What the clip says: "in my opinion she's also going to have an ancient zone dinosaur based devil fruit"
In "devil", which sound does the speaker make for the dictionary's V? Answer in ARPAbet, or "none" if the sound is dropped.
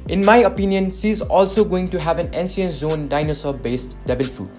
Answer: B